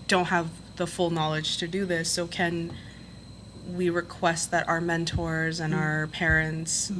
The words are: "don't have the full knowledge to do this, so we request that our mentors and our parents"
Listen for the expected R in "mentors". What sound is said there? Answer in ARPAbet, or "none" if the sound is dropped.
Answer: R